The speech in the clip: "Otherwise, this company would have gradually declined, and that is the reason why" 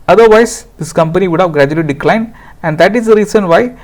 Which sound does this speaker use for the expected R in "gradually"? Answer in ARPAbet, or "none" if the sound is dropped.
R